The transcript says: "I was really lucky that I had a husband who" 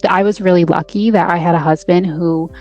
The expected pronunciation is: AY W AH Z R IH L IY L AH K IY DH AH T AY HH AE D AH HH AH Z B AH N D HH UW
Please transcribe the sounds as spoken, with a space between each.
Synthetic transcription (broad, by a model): AY W AH Z R IH L IY L AH K IY DH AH T AY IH D AH HH AH Z B AH N D HH UW